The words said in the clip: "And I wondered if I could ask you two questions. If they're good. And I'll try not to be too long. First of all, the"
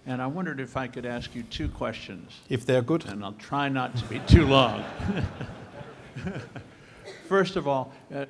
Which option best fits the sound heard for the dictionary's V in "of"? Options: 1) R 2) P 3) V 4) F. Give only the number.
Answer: 3